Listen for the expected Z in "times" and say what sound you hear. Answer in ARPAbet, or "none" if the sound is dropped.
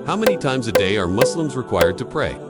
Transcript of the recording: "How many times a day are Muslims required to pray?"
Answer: Z